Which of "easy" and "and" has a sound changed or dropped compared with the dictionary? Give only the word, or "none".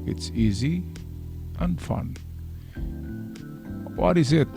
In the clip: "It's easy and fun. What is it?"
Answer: none